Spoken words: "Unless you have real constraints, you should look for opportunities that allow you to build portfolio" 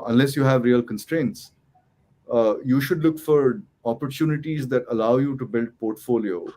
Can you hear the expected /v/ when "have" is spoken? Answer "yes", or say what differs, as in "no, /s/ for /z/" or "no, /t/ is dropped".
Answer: yes